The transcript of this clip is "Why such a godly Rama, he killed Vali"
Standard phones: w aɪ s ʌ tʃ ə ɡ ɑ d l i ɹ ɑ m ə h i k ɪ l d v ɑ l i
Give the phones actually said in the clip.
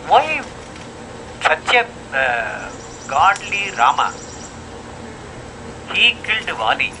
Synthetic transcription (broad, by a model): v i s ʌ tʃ ə ɡ ɑ d l i ɹ ɑ m ə h i k ɪ l d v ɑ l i